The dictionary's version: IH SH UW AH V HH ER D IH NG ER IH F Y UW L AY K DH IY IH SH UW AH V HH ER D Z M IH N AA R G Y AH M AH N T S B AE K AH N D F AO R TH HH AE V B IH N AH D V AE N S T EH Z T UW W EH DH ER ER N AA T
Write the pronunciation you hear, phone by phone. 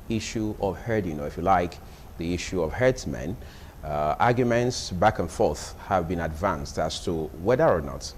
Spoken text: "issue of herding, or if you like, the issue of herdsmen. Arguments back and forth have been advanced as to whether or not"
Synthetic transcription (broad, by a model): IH SH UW AH V HH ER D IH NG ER IH F Y UW L AY K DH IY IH SH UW AH V HH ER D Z M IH N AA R G Y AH M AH N T S B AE K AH N F AO R TH HH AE V B IH N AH D V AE N S T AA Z T UW W EH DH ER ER N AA T